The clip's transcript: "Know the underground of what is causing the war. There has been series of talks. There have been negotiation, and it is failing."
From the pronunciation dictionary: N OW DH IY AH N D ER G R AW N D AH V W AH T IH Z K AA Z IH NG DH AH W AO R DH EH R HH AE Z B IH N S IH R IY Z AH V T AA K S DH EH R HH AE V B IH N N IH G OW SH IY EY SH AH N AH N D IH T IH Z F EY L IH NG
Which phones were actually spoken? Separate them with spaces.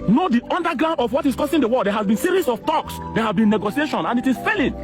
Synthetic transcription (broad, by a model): N OW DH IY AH N D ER G R AW N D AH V W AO T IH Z K AA S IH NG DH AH W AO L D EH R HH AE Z B IH N S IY R IY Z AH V T AA K S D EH HH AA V B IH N N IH G OW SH IY EY SH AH N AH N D IH T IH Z F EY L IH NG